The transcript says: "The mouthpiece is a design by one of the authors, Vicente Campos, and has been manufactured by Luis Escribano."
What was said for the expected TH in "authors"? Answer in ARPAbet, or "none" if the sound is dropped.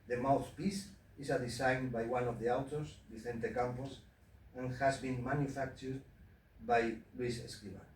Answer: T